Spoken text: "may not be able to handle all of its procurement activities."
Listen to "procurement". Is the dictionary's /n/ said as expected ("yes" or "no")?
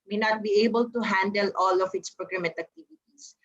no